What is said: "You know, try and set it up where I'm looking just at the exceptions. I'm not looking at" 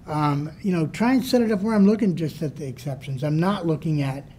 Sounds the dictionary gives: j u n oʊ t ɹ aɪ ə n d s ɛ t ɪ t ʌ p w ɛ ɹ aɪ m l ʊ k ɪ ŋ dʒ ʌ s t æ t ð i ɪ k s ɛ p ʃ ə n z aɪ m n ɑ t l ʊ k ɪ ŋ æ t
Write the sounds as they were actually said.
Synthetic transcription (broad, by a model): j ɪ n oʊ t ɹ aɪ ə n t s ɛ t ɪ t ʌ p w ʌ ɹ aɪ m l ʊ k ɪ ŋ dʒ ʌ s t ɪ t ð i ɪ k s ɛ p ʃ ə n z aɪ m n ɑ t l ʊ k ɪ ŋ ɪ t